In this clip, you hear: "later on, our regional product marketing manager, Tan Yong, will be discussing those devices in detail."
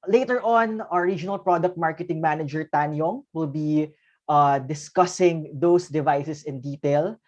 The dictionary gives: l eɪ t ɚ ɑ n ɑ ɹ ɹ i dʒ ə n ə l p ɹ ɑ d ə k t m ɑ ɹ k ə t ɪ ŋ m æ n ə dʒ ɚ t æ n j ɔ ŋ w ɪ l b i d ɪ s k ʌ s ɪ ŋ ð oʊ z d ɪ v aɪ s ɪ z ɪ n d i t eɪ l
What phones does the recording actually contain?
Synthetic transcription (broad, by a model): l eɪ t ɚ ɑ n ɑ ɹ ɹ i dʒ ə n ə l p ɹ ɑ d ə k t m ɑ ɹ k ə t ɪ ŋ m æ n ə dʒ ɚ t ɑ n j ɔ ŋ w ɪ l b i d ɪ s k ʌ s ɪ ŋ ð oʊ s d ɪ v aɪ s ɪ s ɪ n d i t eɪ l